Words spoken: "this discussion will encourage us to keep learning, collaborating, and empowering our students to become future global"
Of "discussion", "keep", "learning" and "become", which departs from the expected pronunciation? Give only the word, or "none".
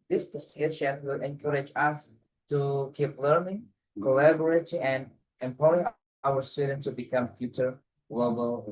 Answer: discussion